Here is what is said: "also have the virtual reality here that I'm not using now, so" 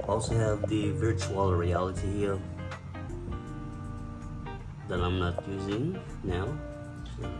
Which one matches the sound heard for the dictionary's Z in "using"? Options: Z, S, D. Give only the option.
Z